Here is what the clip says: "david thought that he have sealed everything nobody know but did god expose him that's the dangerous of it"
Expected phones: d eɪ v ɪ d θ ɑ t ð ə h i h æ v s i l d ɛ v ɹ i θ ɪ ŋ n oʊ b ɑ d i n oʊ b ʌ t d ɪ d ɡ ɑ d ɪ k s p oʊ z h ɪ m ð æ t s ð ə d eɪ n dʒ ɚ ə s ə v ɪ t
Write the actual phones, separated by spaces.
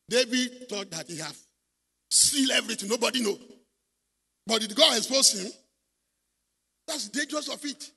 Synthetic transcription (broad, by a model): d eɪ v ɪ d t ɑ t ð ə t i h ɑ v s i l ɛ v ɹ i t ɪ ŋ n oʊ b ɑ d i n oʊ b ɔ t d ɪ d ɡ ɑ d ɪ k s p oʊ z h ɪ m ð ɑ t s d eɪ n dʒ ɚ ə s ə f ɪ t